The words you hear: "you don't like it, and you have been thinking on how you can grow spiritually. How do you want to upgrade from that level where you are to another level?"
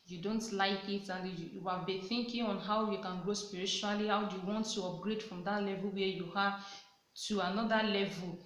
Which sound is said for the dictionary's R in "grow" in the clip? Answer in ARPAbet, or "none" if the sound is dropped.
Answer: R